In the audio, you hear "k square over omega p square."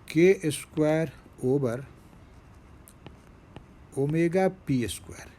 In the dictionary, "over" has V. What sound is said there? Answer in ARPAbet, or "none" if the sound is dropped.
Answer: B